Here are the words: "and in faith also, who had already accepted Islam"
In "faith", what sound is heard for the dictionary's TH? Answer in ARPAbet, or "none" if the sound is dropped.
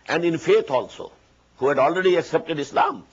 T